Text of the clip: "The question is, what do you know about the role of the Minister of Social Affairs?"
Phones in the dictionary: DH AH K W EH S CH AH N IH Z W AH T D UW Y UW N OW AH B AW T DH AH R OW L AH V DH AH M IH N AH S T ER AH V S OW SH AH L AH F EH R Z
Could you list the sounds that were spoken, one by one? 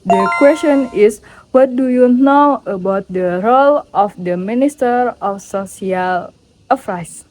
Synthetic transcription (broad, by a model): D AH K W EH S CH AH N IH S W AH T D UW Y UW N OW AH B AW T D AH R OW L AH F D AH M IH N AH S T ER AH F S OW S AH L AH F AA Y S